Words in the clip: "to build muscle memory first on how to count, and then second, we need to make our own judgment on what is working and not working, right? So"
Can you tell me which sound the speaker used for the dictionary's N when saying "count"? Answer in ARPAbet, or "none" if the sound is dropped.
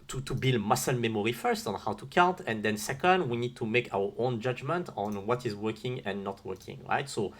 N